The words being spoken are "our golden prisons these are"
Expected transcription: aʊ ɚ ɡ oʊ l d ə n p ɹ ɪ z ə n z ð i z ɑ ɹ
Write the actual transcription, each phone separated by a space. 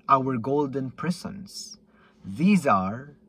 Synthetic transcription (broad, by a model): aʊ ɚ ɡ oʊ l d ə n p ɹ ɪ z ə n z ð i z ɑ ɹ